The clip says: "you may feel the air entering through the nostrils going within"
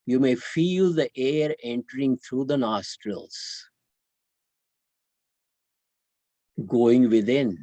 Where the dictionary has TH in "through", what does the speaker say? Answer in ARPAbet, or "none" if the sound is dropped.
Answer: T